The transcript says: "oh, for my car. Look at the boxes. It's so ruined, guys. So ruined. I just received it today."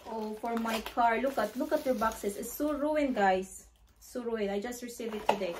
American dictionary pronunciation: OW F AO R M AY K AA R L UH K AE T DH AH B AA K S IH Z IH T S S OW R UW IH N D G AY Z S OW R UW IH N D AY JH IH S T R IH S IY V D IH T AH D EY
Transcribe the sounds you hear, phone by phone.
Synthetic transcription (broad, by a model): OW F AO R M AY K AA R L UH K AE T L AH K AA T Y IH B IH S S S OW R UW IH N G AY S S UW R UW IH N AY JH IH S T R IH S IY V IH T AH D EY